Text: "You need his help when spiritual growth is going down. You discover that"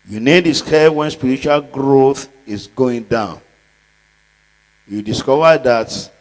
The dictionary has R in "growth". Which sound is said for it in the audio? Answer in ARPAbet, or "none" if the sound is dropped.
R